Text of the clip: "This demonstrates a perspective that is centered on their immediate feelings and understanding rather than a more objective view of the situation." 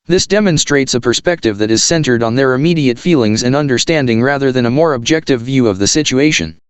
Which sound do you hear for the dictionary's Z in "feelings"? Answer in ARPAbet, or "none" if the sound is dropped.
Z